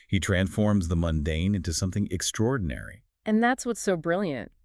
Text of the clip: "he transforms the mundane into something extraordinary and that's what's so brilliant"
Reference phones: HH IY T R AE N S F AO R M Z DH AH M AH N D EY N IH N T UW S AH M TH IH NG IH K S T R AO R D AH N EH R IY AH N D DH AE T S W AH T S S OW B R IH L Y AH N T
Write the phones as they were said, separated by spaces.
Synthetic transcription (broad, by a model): HH IY T R AE N S F AO R M Z DH AH M AH N D EY N IH N T UW S AH M TH IH NG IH K S T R AO R D N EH R IY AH N DH AE T S W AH T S S OW B R IH L Y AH N T